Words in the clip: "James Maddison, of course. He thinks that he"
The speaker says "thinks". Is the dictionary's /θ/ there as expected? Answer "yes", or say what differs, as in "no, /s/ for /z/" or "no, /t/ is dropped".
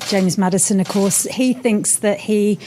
yes